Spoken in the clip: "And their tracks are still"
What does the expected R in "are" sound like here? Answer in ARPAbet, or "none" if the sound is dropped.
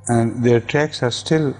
R